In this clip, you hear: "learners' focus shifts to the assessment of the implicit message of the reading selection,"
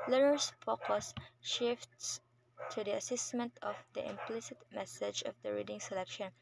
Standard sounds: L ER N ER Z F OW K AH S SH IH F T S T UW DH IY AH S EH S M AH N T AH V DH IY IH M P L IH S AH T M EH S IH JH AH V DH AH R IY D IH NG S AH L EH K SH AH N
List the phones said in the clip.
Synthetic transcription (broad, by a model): L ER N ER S F OW K AH S SH IH F T S T UW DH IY AH S EH S M AH N T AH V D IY IH M P L IH S AH T M EH S IH JH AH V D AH R IY D IH NG S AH L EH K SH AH N